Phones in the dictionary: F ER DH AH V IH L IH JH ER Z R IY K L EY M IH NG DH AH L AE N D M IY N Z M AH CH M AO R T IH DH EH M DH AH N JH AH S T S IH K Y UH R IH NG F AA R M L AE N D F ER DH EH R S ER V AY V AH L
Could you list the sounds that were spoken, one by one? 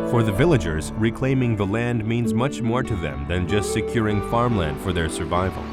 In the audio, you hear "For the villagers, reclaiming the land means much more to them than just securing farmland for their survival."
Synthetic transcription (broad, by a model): F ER DH AH V IH L IH JH ER Z R IY K L EY M IH NG DH AH L AE N D M IY N Z M AH CH M AO R T IH DH EH M DH AH N JH AH S T S IH K Y UH R IH NG F AA R M L AE N D F ER DH EH R S ER V AY V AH L